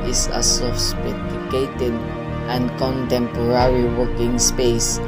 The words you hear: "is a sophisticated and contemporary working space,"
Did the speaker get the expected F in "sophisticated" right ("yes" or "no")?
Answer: no